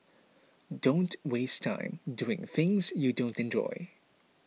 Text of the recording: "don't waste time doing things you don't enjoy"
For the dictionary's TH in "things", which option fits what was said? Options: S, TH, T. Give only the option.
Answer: TH